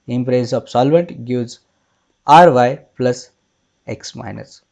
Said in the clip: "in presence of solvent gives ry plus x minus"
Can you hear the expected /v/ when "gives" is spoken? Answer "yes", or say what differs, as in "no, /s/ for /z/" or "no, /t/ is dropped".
no, /v/ is dropped